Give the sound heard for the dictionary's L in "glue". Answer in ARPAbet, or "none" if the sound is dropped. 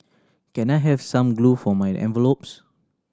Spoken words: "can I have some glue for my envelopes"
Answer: L